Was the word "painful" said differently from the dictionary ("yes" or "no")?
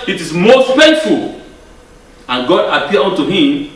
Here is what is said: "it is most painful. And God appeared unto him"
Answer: yes